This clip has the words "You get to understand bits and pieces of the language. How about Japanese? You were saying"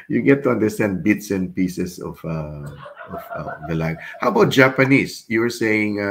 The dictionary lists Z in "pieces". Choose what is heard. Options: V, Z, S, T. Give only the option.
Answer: S